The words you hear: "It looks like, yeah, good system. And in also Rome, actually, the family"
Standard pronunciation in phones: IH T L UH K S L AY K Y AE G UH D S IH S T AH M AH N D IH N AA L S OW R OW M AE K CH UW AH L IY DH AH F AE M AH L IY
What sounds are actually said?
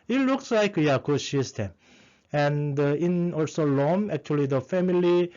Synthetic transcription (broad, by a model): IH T L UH K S L AY K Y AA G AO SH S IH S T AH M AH N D IH N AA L S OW L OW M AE K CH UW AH L IY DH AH F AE M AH L IY